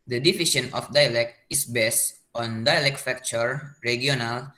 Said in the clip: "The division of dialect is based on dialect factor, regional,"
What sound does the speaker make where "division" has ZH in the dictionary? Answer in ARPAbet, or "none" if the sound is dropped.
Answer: SH